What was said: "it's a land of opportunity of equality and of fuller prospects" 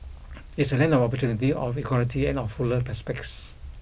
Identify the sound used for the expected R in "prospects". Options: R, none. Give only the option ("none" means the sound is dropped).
none